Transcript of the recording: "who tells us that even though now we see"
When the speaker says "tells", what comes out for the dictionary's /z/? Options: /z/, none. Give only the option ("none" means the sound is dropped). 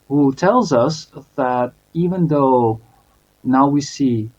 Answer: /z/